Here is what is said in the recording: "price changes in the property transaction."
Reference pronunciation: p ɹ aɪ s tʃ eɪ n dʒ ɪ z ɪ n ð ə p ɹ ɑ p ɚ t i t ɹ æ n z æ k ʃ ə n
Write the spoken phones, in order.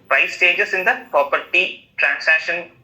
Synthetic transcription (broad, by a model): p ɹ aɪ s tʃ eɪ dʒ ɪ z ɪ n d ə p ɹ ɑ p ɚ t i t ɹ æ n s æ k ʃ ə n